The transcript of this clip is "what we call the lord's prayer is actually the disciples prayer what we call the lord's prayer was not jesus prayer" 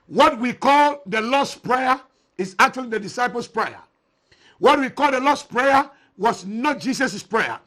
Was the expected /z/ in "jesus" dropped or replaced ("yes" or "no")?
yes